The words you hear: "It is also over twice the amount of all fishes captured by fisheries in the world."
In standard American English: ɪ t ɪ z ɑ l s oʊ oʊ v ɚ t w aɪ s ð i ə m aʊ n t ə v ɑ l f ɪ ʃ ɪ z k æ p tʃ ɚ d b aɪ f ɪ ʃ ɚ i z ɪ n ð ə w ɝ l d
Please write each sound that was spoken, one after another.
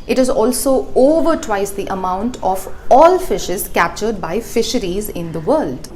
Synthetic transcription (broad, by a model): ɪ t ɪ z ɑ l s oʊ oʊ v ɚ t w aɪ s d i ə m aʊ n t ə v ɑ l f ɪ ʃ ɪ z k æ p tʃ ɚ d b aɪ f ɪ ʃ ɚ i z ɪ n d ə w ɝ l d